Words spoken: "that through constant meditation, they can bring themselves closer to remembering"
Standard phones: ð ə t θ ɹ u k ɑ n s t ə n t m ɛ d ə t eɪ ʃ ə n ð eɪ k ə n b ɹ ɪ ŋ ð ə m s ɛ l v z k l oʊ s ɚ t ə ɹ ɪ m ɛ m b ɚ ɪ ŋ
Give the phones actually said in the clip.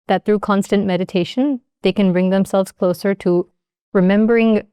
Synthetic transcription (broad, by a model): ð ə t θ ɹ u k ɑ n s t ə n m ɛ d ə t eɪ ʃ ə n ð eɪ k ə n b ɹ ɪ ŋ ð ə m s ɛ l v z k l oʊ s ɚ t ə ɹ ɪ m ɛ m b ɚ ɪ ŋ